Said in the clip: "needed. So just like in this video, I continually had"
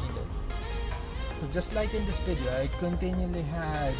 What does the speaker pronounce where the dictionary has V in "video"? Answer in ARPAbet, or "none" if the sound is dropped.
B